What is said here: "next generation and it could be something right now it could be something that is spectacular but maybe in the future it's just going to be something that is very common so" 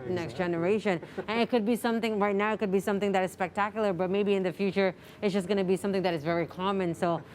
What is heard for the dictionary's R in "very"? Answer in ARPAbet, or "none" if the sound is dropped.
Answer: R